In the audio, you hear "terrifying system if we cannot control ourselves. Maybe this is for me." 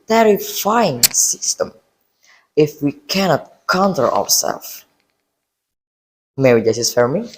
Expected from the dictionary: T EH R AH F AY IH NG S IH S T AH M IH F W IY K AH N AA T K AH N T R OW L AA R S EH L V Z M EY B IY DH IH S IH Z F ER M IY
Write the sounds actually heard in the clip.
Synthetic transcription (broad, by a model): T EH R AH F AY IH NG S IH S T AH M IH F W IY K AH N AA T K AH N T L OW W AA R S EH L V M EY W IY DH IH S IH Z F ER M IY